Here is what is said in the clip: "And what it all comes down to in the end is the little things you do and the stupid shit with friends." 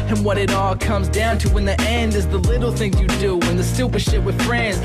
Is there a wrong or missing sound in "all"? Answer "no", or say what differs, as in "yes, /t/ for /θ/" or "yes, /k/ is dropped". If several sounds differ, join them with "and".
no